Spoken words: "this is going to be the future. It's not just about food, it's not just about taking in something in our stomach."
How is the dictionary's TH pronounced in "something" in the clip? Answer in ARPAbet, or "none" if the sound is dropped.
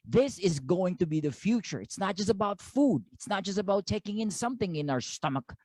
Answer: TH